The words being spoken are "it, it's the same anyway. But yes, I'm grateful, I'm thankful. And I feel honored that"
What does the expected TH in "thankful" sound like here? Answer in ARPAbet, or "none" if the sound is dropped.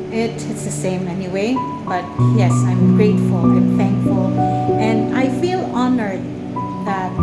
TH